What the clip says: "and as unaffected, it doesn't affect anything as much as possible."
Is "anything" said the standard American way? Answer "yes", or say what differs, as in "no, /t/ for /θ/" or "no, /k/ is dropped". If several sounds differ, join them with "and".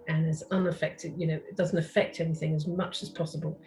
yes